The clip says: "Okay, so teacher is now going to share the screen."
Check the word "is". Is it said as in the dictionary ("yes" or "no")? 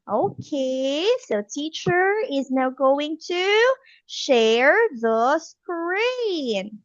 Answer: yes